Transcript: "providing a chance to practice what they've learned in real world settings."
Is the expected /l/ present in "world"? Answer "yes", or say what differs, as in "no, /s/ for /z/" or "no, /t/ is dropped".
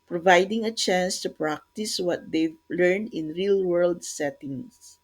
yes